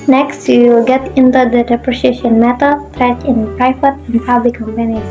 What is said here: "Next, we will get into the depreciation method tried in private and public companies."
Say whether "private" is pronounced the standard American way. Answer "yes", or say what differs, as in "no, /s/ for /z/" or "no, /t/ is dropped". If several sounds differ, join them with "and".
no, /f/ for /v/